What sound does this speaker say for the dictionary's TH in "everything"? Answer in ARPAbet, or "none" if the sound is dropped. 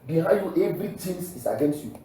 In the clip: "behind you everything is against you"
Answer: T